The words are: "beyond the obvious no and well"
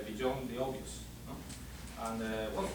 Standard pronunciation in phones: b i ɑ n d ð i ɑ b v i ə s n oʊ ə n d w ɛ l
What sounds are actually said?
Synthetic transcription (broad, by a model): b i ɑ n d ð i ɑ v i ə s n oʊ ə n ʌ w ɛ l